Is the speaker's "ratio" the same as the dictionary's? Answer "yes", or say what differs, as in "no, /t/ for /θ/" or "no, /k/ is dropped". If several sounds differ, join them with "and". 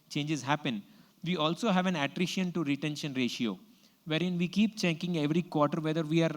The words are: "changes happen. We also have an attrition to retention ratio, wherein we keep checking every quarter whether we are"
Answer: yes